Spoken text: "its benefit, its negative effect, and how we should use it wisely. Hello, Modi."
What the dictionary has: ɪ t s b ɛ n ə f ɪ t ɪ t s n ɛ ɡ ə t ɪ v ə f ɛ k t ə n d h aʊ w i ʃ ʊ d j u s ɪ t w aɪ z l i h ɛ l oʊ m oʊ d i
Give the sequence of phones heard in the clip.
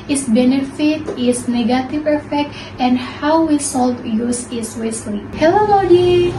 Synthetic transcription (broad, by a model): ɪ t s b ɛ n ə f ɪ t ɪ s n ɛ ɡ ə t ɪ v ə f ɛ k t ə n d h aʊ w i s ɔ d j u s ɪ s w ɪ s l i h ɛ l oʊ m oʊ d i